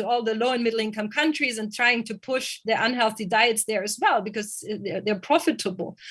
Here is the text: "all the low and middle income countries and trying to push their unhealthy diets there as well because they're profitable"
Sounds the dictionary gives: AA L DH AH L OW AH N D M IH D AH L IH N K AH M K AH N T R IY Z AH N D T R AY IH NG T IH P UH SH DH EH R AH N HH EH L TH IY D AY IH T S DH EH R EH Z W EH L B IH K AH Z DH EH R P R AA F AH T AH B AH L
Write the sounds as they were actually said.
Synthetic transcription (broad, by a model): AA L DH AH L OW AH N M IH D L IH N K AH M K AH N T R IY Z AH N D T R AY IH NG T IH P UH SH DH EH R AH N HH EH L TH IY D AY IH T S DH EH R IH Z W EH L B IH K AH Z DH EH R P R AA F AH T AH B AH L